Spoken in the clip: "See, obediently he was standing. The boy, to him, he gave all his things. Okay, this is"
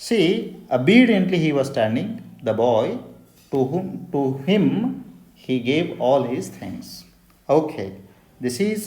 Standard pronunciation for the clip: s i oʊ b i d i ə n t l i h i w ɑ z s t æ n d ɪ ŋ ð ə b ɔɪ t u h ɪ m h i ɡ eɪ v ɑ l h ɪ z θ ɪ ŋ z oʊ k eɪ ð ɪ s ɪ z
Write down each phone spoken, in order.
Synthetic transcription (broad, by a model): s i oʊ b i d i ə n t l i h i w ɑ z s t æ n d ɪ ŋ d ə b ɔɪ t u h ɪ m h i ɡ eɪ v ɑ l h ɪ z t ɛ ŋ s oʊ k eɪ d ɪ s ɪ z